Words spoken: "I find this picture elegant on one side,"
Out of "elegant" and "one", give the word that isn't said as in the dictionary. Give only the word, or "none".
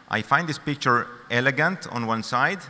none